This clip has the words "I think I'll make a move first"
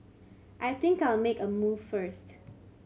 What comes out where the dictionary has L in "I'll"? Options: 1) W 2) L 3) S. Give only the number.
2